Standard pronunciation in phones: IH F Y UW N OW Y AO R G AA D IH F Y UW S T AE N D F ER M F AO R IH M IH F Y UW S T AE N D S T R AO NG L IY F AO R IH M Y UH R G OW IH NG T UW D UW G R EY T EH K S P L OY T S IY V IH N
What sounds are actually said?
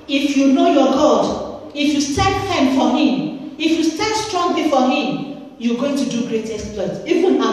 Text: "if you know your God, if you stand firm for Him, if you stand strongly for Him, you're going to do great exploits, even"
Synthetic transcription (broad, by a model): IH F Y UW N OW Y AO G AA D IH F Y UW S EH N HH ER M F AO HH IH M IH F Y UW S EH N S T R AO NG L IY F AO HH IH M Y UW G OW IH NG T UW D UW G R EY T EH S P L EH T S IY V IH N